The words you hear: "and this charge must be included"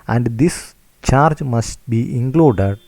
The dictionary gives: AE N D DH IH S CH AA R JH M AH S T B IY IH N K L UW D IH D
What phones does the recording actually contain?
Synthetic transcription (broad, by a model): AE N D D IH S CH AA R JH M AH S T B IY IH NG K L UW D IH D